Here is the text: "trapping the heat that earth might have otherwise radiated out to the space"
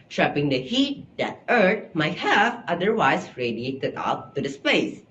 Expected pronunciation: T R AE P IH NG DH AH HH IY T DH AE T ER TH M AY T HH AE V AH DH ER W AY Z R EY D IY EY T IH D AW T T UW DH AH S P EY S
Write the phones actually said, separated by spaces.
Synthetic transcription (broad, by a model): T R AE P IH NG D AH HH IY T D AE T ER T M AY T HH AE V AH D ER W AY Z R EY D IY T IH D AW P T UW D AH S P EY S